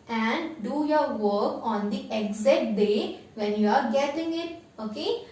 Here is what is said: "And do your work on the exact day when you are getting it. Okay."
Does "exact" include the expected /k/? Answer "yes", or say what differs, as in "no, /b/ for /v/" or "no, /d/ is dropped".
no, /k/ is dropped